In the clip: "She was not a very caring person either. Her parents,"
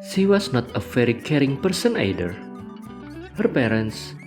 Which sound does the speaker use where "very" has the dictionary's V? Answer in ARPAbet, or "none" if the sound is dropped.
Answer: F